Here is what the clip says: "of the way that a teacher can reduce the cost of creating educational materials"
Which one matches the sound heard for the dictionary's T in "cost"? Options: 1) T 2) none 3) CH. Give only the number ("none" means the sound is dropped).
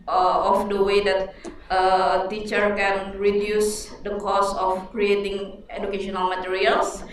2